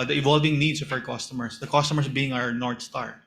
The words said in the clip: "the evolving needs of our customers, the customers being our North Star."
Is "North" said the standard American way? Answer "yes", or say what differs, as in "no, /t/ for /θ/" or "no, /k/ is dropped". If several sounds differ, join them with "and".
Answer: no, /t/ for /θ/